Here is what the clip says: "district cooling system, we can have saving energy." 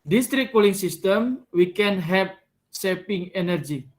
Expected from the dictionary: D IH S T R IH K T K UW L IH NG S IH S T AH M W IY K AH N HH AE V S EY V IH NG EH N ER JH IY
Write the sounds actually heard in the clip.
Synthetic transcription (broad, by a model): D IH S T R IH K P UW L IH NG S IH S T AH M W IY K AH N HH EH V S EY P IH NG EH N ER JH IY